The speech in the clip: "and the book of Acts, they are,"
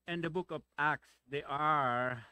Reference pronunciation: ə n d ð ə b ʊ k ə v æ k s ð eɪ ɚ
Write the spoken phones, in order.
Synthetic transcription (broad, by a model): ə n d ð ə b ʊ k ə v æ k s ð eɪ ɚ